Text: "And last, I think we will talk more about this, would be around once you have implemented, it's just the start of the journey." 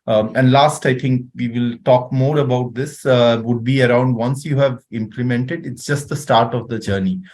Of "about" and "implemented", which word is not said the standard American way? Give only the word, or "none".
none